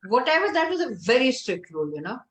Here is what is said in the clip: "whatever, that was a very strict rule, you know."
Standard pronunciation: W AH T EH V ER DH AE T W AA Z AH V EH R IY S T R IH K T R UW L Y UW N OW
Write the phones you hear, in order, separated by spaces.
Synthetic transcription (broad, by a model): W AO T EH V ER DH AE T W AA Z AH V EH R IY S T R IH K T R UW L Y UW N OW